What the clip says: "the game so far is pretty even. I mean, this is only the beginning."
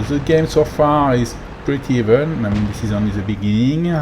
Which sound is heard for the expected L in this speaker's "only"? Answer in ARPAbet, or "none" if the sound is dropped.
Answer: none